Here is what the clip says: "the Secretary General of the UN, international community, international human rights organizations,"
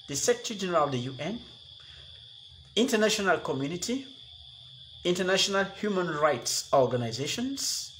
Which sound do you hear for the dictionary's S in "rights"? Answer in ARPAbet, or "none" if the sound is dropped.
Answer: S